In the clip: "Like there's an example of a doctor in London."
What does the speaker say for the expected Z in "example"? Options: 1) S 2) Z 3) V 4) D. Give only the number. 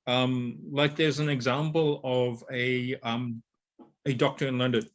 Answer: 2